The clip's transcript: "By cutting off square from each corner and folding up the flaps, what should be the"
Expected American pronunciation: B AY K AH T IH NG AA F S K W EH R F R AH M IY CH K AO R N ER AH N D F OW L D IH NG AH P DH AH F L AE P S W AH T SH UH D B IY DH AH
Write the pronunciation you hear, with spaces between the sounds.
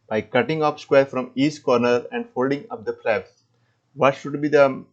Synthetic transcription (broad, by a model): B AY K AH T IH NG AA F S K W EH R F R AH M IY S K AO R N ER AH N D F OW L D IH NG AH P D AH P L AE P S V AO T SH UH D B IY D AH